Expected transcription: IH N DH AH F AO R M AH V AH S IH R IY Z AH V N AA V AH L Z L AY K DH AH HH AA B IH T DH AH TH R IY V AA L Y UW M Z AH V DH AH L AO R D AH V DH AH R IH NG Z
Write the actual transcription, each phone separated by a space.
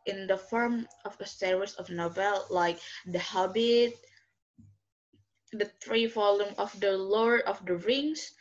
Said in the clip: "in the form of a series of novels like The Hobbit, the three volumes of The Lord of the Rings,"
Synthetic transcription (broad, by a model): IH N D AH F AO R M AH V AH S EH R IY S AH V N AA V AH L L AY K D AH HH AA B IH T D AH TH R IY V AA L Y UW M AH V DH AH L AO R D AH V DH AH R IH NG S